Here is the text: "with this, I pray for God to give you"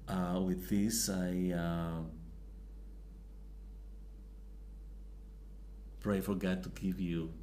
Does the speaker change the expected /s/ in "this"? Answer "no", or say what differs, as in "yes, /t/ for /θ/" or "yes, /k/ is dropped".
no